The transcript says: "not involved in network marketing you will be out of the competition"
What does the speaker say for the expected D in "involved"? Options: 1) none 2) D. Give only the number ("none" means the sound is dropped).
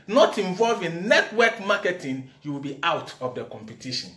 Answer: 1